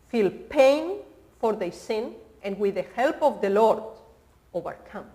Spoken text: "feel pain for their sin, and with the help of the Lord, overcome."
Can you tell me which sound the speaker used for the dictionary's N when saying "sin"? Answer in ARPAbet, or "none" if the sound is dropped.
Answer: N